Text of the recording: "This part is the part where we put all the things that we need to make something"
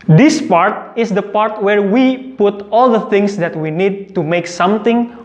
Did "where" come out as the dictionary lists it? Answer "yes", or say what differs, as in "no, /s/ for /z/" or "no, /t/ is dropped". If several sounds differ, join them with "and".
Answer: yes